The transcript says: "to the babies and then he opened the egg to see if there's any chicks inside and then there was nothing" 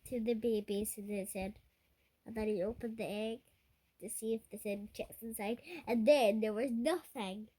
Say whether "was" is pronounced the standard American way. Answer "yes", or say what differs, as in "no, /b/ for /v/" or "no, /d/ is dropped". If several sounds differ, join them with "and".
yes